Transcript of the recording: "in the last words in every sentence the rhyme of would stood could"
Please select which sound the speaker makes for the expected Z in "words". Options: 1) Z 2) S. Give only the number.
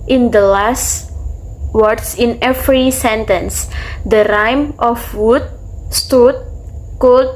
2